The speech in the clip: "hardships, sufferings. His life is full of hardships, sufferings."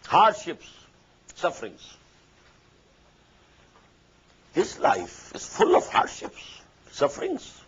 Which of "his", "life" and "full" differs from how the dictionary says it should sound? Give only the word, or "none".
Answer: his